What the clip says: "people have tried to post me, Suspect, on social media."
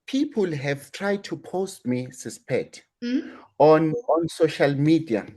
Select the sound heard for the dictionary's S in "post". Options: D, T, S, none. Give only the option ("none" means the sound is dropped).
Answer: S